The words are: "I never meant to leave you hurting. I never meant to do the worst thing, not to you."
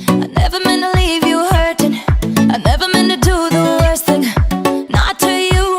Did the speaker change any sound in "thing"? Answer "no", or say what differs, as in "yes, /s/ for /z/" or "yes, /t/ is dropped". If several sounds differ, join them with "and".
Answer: no